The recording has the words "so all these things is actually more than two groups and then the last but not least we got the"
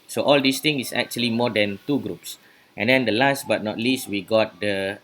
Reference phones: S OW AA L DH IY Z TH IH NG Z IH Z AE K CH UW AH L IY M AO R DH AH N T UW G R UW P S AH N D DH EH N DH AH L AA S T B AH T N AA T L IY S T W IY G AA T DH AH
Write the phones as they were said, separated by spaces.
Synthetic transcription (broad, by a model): S OW AA L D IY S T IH NG IH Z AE K CH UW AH L IY M AO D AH N T UW G R UW P S AH N D EH N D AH L AA S T B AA T N AA T L IY S T W IY G AA T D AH